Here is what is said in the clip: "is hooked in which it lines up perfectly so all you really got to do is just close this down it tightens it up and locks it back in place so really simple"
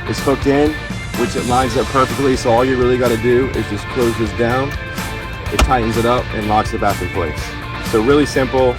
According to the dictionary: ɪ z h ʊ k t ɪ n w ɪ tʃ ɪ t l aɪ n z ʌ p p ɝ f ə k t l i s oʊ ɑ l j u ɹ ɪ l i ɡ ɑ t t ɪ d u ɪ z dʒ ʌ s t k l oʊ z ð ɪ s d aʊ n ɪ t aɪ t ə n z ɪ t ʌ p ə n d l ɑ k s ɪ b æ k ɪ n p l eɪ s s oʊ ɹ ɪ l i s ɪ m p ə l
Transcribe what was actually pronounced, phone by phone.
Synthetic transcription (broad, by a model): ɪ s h ʊ k t ɪ n w ɪ tʃ ɪ t l aɪ n z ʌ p p ɝ f ə k t l i s oʊ ɑ l j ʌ ɹ ɪ l i ɡ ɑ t t ɪ d u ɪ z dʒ ʌ s k l oʊ z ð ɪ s d aʊ n ɪ t aɪ t n z ɪ t ʌ p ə n l ɑ k s ɪ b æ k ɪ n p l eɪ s s oʊ ɹ ɪ l i s ɪ m p l